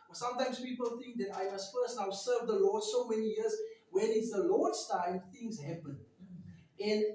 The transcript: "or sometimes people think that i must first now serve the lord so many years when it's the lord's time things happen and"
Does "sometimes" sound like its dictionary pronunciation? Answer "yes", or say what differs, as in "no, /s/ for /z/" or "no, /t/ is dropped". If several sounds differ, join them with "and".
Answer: no, /s/ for /z/